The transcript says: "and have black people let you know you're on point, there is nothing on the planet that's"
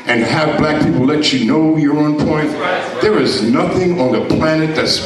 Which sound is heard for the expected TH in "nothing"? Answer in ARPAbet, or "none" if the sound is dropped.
TH